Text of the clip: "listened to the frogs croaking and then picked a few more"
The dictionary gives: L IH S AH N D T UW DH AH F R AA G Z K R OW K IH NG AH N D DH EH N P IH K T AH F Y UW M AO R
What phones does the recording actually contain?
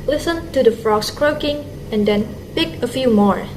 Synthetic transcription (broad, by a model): L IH S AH N T UW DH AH F R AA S K R OW K IH NG AH N D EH N P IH K AH F Y UW M AO R